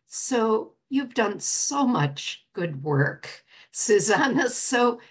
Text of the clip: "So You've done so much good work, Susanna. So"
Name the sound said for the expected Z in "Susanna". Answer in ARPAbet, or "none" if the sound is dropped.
Z